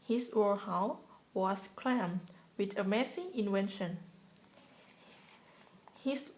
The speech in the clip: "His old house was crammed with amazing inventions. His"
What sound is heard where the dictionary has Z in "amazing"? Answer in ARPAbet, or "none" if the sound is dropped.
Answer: S